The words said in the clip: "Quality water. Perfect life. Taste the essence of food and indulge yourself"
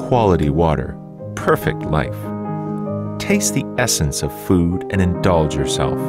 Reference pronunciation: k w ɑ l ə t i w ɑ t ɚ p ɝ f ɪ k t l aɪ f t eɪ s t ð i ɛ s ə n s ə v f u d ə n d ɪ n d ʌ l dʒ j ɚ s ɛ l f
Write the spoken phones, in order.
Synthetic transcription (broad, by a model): k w ɑ l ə t i w ɑ t ɚ p ɝ f ɪ k t l aɪ f t eɪ s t ð i ɛ s ə n s ə v f u d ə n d ɪ n d ʌ l dʒ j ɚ s ɛ l f